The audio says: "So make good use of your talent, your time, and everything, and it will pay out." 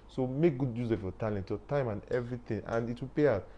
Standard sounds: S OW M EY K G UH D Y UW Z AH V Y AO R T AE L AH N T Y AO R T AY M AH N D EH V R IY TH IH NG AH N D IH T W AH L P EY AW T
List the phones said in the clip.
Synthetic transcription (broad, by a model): S OW M EY K G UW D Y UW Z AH F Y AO T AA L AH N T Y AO T AY M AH N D EH V R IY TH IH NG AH N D IH T W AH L P EY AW